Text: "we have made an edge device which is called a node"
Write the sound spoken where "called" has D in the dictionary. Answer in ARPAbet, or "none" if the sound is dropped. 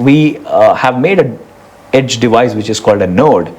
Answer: D